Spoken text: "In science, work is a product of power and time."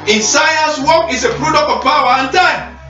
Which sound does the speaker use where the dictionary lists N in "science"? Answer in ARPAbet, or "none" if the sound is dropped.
none